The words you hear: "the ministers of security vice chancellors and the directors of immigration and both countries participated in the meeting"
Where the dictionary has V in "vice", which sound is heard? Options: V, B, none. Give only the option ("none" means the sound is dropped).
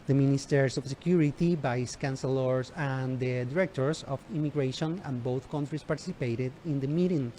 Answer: B